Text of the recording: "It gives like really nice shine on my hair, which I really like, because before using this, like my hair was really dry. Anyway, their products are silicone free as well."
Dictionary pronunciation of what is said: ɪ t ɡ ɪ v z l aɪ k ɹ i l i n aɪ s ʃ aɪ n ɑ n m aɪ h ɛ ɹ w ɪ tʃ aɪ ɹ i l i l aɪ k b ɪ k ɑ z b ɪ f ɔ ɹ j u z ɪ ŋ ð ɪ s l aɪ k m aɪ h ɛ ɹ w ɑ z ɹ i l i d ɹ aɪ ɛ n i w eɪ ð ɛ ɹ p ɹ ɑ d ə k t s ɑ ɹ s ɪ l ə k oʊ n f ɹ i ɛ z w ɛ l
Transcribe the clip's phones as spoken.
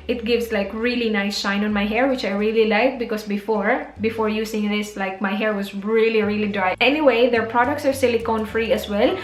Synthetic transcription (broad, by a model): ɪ t ɡ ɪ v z l aɪ k ɹ i l i n aɪ s ʃ aɪ n ɑ n m aɪ h ɛ ɹ w ɪ tʃ aɪ ɹ i l i l aɪ k b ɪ k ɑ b b ɪ f ɔ ɹ j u s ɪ ŋ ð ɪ s l aɪ k m aɪ h ɛ ɹ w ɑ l ɹ i l i d ɹ aɪ ɛ n i w eɪ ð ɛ ɹ p ɹ ɑ d ə k t s ɑ ɹ s ɪ l ə k oʊ n f ɹ i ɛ s w ɛ l